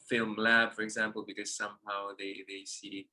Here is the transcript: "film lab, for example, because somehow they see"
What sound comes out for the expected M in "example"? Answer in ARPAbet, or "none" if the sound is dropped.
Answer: M